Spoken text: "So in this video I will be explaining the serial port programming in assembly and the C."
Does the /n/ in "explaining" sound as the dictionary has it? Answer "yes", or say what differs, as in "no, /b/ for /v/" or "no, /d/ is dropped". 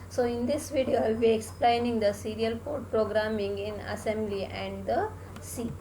yes